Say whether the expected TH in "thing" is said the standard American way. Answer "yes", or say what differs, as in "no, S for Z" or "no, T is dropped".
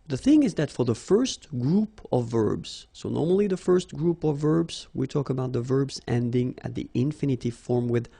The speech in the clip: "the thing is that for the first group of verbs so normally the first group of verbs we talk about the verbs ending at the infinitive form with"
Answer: yes